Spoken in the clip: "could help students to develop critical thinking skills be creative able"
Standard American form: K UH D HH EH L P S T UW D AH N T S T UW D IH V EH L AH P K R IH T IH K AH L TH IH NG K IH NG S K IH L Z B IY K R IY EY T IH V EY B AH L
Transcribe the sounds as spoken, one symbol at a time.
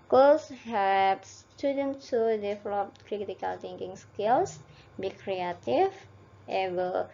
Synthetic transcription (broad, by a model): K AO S HH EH P S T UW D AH N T T UW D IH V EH L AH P K R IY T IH K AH L T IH NG K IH NG S K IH L S B IY K R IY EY T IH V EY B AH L